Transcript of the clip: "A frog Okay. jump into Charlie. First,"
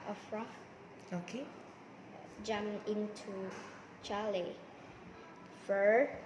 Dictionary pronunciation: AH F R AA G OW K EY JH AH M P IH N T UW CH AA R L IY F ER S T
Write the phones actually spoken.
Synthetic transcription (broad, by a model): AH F R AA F OW K EY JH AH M IH N T UW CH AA L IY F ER